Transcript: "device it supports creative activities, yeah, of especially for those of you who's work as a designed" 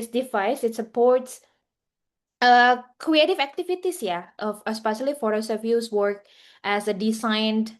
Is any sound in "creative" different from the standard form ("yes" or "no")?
no